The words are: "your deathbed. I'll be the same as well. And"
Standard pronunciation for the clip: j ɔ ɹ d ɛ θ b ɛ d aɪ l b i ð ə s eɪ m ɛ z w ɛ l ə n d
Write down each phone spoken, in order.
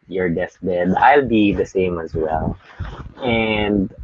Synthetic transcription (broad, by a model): j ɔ ɹ d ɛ s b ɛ d aɪ l b i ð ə s eɪ m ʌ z w ɛ l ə n d